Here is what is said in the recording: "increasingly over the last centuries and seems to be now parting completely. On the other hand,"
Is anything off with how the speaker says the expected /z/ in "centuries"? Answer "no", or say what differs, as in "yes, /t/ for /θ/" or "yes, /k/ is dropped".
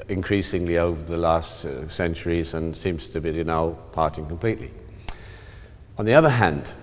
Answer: no